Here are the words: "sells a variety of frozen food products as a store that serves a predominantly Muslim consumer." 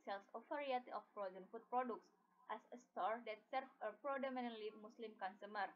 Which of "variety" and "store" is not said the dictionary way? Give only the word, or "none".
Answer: variety